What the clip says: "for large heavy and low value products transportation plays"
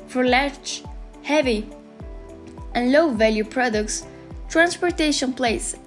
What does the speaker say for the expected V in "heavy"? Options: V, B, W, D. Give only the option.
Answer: V